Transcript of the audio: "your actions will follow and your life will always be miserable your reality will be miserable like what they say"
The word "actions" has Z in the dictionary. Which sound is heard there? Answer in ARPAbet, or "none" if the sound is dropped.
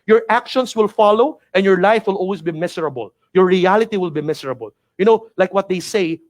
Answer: S